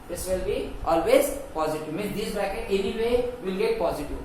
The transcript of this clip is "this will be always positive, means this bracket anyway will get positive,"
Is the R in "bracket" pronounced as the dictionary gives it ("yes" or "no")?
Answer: no